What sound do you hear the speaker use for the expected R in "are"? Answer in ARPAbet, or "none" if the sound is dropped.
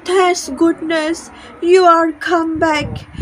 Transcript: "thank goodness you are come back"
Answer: R